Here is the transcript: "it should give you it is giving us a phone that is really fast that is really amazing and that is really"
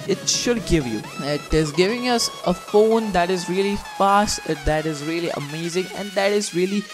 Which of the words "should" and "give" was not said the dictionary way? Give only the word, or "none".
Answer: none